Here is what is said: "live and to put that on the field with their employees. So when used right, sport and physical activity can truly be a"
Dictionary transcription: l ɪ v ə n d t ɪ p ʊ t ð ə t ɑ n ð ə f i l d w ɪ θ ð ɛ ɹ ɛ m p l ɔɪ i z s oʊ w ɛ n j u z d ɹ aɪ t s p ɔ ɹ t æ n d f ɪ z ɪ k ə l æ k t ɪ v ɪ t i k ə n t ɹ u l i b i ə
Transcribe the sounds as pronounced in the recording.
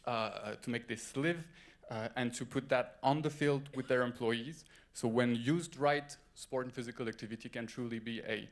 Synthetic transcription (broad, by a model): l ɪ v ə n t ɪ p ʊ t ð ə t n ð ə f i l d w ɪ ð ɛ ɹ ɛ m p l ɔɪ i z s oʊ w ɛ n j u z d ɹ aɪ t s p ɔ ɹ t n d f ɪ z ɪ k ə l æ k t ɪ v ɪ t i k ə n t ɹ u l i b i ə